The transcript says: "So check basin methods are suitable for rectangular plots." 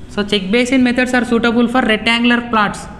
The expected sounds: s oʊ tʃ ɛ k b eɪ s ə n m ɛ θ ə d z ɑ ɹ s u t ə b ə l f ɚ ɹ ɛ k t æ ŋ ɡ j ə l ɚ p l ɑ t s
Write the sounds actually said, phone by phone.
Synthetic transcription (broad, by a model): s oʊ tʃ ɛ k b eɪ s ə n m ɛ t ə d s ɑ ɹ s u t ə b ə l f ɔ ɹ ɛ t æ ŋ ɡ l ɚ p l ɑ t s